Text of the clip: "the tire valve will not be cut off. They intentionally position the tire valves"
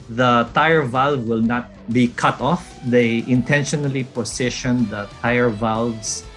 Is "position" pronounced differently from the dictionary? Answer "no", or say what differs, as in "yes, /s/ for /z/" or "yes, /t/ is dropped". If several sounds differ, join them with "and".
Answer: yes, /s/ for /z/